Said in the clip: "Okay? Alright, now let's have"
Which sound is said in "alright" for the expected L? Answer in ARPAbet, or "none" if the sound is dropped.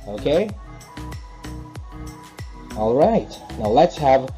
L